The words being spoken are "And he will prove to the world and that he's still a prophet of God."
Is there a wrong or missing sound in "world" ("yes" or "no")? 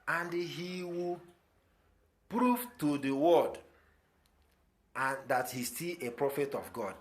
yes